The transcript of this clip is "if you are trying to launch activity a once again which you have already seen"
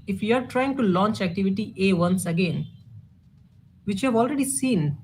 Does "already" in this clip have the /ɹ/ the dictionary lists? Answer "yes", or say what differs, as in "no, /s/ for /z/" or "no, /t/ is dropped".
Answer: yes